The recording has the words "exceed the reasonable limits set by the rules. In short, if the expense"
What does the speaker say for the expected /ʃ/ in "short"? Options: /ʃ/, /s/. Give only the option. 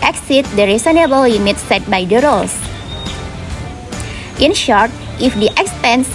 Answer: /ʃ/